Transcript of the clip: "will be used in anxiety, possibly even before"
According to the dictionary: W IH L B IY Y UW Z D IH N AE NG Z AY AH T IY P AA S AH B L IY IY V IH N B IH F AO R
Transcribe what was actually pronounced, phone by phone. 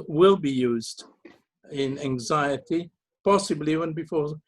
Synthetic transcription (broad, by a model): W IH L B IY Y UW Z D IH N AE NG Z AY AH T IY P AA S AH B L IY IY W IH N B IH F AO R